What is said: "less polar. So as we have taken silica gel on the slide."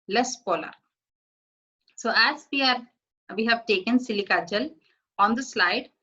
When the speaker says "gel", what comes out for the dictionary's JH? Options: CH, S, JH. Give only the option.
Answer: CH